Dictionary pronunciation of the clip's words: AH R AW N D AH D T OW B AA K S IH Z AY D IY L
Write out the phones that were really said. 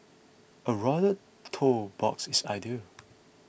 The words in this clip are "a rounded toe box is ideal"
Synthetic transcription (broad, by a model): AH R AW D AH T OW B AA K S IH S AY D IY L